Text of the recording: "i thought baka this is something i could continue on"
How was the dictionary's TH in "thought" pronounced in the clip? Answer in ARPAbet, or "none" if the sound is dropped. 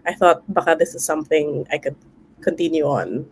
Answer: TH